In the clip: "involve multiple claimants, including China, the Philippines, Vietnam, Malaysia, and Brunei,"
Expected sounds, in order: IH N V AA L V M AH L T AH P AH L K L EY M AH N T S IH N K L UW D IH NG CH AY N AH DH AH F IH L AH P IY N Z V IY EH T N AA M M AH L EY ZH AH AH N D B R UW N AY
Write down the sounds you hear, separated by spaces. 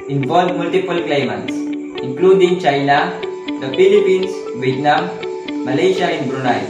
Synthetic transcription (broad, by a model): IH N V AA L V M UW L T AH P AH L K L EY M AH N T S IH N K L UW D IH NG CH AY N AH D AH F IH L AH P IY N S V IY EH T N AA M M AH L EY SH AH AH N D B R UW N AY